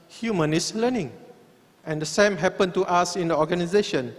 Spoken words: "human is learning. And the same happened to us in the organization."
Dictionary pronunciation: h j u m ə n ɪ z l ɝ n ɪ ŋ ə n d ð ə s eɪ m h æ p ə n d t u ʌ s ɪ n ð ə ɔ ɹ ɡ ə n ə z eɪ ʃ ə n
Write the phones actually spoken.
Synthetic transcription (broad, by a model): h j u m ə n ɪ s l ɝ n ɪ ŋ ə n d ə s eɪ m h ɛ p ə n t u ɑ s ɪ n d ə ɔ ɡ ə n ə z eɪ ʃ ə n